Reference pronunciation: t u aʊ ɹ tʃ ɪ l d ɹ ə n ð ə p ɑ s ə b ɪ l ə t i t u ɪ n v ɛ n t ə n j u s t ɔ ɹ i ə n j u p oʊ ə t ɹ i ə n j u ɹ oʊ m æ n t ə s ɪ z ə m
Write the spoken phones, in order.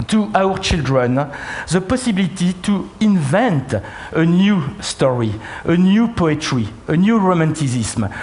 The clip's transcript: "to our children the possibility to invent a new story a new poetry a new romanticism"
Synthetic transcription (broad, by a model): t u aʊ ɹ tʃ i l d ɹ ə n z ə p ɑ s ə b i l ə t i t u ɪ n v ɛ n t ə n j u s t ɔ ɹ i ə n j u p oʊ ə t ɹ i ə n j u ɹ oʊ m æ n t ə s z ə m